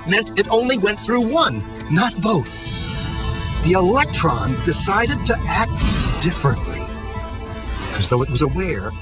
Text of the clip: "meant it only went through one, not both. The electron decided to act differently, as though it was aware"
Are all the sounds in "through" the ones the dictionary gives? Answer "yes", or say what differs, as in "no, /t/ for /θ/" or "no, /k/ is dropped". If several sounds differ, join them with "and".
yes